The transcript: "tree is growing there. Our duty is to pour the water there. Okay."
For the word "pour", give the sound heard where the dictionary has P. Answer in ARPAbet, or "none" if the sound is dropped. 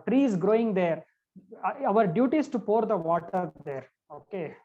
P